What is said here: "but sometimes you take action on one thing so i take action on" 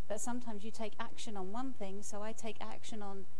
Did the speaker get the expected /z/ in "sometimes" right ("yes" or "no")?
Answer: yes